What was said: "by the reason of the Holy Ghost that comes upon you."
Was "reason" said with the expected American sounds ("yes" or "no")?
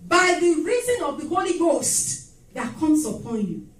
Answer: yes